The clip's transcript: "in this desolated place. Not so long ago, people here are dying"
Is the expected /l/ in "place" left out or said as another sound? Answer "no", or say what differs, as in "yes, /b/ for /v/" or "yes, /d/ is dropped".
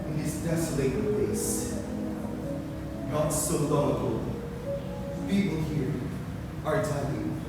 yes, /l/ is dropped